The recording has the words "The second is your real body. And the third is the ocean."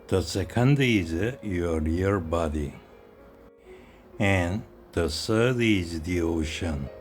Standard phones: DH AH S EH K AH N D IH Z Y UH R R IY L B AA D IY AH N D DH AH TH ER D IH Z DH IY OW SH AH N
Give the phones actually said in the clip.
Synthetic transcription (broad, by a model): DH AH S EH K AH N D IH Z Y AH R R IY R B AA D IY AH N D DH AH S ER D IH Z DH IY OW SH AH N